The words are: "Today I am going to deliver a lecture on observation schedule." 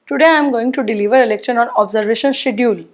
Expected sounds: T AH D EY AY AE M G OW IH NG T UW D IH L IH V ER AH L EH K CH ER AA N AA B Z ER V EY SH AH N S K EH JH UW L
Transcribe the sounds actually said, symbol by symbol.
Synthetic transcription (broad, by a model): T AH D EY AY M G OW IH NG T UW D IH L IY V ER AH L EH K SH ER AA N AA B Z ER V EY SH AH N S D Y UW L